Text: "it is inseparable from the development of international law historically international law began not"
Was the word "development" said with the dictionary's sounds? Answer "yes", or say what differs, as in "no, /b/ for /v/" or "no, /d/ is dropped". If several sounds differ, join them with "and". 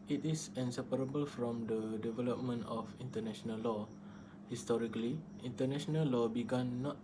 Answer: yes